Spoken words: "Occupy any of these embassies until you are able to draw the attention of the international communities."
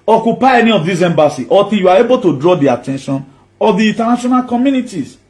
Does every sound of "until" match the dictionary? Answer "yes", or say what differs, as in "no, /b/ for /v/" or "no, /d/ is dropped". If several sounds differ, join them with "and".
no, /n/ is dropped